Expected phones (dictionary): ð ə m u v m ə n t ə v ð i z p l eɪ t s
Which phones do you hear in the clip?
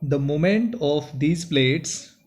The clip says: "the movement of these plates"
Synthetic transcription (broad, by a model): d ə m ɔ m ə n t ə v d i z p l eɪ t s